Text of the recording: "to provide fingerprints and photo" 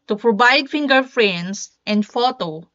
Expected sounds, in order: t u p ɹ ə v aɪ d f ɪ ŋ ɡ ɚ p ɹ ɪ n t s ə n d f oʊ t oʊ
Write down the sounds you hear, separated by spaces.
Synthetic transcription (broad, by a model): t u p ɹ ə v aɪ d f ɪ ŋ ɡ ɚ f ɹ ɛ n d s ə n d f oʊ t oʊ